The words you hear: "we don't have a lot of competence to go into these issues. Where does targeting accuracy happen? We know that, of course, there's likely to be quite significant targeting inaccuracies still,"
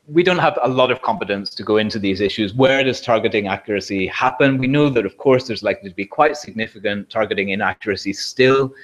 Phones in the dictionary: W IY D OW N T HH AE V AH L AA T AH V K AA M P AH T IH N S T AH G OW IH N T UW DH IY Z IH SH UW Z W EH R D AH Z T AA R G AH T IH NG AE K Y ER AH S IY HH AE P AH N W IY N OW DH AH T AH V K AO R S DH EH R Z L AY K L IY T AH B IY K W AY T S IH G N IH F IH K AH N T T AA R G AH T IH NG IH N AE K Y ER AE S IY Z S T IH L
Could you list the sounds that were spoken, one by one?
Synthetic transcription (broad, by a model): W IY D OW N T HH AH V AH L AA T AH V K AA M P AH T IH N S T AH G OW IH N T UW DH IY Z IH SH UW Z W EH R D AH Z T AA R G AH T IH NG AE K Y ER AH S IY HH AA P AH N W IY N OW DH AH T AH V K AO R S DH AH R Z L AY K L IY T AH B IY K W AY T S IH G N IH F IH K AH N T T AA R G AH T IH NG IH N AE K Y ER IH S IY S T IH L